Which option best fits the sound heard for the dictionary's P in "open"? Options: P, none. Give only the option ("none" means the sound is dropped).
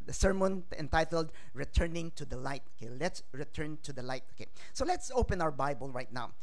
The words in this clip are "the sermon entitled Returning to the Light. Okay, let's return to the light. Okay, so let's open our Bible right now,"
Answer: P